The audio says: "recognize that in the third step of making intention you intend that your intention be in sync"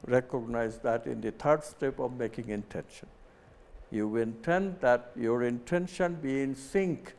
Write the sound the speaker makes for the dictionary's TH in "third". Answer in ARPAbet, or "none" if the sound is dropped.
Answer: T